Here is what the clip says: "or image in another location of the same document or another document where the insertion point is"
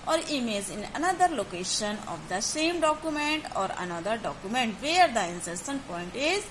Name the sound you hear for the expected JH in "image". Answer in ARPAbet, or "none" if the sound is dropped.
Z